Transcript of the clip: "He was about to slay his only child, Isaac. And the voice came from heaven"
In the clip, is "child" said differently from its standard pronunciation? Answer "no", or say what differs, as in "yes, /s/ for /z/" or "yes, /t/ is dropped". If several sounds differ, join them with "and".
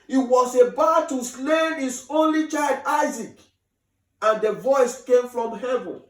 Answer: no